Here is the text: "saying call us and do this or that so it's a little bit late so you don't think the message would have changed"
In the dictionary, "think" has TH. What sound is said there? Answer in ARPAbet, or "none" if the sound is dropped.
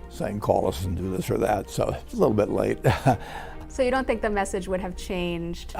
TH